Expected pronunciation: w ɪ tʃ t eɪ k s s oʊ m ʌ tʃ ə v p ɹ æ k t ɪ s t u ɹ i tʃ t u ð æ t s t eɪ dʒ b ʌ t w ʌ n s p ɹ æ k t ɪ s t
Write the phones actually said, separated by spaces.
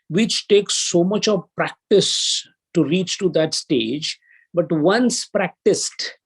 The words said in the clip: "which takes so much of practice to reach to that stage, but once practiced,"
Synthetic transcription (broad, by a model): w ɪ tʃ t eɪ k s s oʊ m ʌ tʃ ə v p ɹ æ k t ɪ s t u ɹ i tʃ t u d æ t s t eɪ dʒ b ʌ t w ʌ n s p ɹ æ k t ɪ s t